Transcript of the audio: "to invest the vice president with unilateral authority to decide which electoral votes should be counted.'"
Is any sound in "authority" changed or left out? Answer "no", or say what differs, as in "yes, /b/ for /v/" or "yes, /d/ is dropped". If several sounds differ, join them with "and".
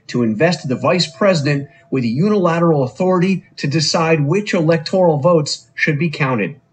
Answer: no